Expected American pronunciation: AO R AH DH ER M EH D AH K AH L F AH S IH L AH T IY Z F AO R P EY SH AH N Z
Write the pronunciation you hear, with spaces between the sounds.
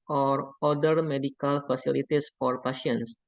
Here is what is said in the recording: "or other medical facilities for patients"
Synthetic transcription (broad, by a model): AO R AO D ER M EH D AH K AH L F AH S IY L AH T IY S F AO R P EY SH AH N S